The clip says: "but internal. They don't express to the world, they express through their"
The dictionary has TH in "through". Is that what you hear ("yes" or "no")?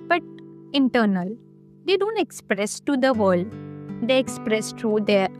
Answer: no